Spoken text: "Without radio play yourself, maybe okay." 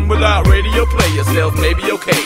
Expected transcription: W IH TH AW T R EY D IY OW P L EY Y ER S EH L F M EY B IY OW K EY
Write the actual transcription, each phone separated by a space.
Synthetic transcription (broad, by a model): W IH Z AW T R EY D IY OW P L EY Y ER S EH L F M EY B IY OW K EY